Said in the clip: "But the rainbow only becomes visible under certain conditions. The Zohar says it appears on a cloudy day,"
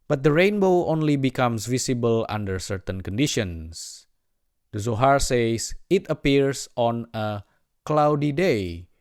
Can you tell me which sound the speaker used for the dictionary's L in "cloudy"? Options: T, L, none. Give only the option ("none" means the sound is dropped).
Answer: L